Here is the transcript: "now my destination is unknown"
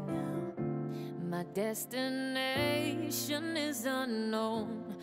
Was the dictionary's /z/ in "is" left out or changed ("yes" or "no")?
no